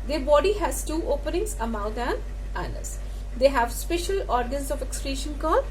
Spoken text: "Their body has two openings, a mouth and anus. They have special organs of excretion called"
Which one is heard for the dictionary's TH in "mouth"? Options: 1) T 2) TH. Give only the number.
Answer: 1